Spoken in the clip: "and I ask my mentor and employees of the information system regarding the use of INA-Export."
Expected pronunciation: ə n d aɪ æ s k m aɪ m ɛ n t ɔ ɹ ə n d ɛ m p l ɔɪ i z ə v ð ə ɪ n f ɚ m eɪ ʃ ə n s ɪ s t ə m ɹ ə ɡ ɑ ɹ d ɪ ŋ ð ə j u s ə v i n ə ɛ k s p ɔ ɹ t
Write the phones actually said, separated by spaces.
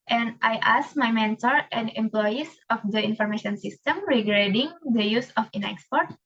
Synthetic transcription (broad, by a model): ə n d aɪ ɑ s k m aɪ m ɛ n t ɔ ɹ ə n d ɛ m p l ɔɪ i s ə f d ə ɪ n f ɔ m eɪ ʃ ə n s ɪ s t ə m ɹ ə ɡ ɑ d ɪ ŋ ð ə j u s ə f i n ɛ k s p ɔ ɹ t